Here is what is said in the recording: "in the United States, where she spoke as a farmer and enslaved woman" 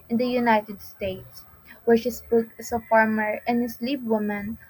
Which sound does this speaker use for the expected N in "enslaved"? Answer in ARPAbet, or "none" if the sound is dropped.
none